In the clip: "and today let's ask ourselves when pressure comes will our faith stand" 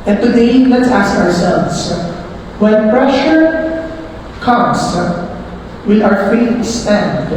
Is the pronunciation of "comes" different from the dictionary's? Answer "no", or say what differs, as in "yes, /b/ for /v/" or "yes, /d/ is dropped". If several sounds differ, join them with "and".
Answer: yes, /s/ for /z/